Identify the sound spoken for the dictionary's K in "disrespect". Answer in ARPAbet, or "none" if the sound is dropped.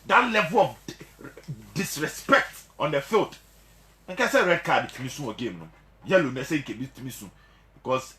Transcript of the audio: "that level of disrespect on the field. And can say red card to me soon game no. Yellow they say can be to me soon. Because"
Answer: K